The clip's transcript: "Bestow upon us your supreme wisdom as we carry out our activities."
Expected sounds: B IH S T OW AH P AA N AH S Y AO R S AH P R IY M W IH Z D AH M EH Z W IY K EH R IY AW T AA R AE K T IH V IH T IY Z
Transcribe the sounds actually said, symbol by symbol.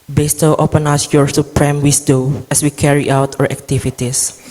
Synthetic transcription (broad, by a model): B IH S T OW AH P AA N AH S Y AO R S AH P R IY M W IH S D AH EH S W IY K EH R IY AW T AA R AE K T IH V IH T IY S